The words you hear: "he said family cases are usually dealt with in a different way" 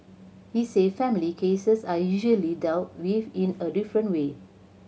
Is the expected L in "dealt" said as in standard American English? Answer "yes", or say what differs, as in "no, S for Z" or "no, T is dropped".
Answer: no, W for L